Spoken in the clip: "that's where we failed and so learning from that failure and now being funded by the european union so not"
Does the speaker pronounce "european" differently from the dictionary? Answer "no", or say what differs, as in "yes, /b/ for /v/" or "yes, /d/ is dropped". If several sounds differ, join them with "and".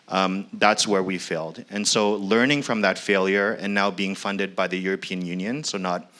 no